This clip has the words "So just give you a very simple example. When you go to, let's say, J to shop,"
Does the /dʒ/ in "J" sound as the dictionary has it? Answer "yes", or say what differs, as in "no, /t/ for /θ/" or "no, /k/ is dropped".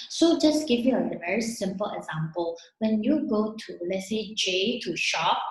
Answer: yes